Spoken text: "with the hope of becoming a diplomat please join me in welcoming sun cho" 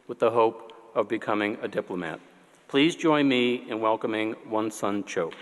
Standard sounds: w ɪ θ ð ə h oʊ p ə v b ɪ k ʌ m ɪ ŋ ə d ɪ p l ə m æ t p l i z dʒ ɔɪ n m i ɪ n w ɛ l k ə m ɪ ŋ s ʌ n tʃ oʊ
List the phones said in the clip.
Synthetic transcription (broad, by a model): w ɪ ð ə h oʊ p ə v b ɪ k ʌ m ɪ ŋ ə d ɪ p l ə m æ t p l i z dʒ ɔɪ n m i ɪ n w ɛ l k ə m ɪ ŋ s ʌ n tʃ oʊ